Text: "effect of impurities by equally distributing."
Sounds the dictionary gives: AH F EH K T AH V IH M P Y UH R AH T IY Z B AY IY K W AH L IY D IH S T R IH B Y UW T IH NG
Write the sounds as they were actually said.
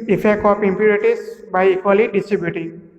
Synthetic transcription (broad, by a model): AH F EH K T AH P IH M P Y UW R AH T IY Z B AY IY K W AH L IY D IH S T R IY B Y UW T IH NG